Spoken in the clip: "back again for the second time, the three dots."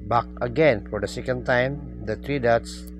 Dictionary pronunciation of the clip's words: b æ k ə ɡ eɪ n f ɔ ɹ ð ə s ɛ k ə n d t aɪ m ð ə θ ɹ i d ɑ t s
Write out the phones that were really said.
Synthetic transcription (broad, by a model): b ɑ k ə ɡ eɪ n f ɔ ɹ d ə s ɛ k ə n d t aɪ m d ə t ɹ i d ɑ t s